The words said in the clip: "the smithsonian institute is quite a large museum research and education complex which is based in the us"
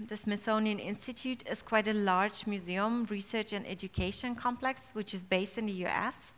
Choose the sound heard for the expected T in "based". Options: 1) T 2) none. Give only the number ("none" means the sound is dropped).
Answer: 1